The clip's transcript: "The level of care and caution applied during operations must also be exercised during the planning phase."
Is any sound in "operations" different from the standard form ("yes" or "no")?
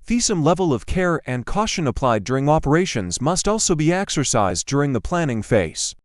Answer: no